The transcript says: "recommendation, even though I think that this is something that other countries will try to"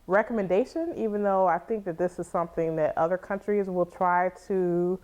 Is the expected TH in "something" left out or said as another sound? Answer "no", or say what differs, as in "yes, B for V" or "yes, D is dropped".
no